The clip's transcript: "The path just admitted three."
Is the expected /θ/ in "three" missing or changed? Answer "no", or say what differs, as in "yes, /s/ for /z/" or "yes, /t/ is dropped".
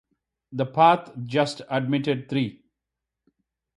yes, /t/ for /θ/